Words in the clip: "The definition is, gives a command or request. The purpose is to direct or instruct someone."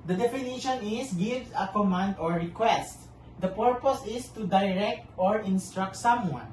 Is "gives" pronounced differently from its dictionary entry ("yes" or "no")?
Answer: yes